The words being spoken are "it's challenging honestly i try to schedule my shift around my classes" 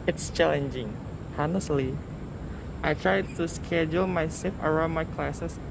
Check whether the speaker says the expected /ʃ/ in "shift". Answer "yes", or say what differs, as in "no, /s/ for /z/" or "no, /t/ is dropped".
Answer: no, /s/ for /ʃ/